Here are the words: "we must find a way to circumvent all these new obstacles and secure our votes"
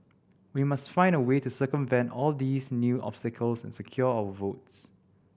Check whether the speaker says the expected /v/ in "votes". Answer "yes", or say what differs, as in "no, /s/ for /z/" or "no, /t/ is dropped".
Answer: yes